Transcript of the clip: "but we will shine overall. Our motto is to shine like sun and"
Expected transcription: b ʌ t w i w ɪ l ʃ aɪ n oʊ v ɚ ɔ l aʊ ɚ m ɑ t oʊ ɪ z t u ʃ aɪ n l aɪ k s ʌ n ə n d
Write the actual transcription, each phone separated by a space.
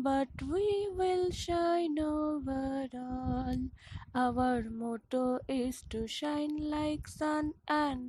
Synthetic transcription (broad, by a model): b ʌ t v i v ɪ l ʃ aɪ n oʊ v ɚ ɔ n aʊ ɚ m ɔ t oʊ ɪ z t u ʃ aɪ n l aɪ k s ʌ n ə n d